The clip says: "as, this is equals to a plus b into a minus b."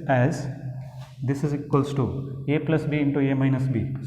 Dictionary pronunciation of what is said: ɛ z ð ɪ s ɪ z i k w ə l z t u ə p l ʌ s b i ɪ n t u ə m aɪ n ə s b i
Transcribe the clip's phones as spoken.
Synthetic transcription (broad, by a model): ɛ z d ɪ s ɪ z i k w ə l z t u ə p l ʌ s b i ɪ n t u ə m aɪ n ə s b i